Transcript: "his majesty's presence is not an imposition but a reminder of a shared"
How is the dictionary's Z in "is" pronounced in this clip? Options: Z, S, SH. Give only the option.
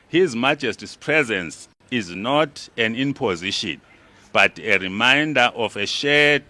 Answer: Z